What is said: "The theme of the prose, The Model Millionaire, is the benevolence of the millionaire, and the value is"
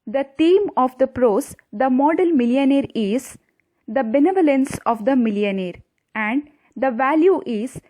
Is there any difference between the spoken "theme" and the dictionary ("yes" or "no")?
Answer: yes